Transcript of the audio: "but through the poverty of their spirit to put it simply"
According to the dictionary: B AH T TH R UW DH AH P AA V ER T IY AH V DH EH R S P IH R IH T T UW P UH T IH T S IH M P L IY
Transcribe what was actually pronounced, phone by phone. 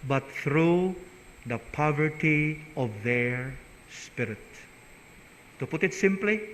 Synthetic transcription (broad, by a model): B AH T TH R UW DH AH P AA V ER T IY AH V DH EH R S P IH R IH T T UW P UH T IH T S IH M P L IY